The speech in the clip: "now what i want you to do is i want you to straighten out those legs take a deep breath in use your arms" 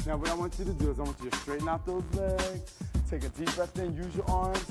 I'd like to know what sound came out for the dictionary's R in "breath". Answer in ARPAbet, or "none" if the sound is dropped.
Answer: none